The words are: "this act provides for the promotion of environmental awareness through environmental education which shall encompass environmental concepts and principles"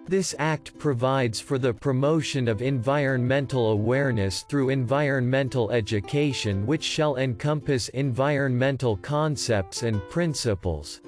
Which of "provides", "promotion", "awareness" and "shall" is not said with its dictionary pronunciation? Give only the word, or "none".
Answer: none